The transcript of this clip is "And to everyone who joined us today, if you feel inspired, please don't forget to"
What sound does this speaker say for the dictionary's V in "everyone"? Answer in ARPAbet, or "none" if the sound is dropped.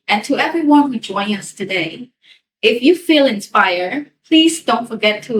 V